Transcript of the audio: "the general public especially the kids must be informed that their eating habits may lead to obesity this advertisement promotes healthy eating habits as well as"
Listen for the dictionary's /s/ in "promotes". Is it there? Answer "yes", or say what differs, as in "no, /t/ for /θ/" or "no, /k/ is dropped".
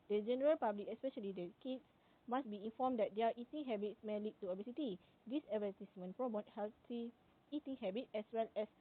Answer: no, /s/ is dropped